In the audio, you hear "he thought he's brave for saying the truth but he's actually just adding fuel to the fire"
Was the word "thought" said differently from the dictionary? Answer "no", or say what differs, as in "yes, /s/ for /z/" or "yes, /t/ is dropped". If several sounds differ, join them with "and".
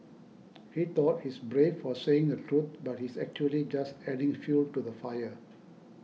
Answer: yes, /t/ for /θ/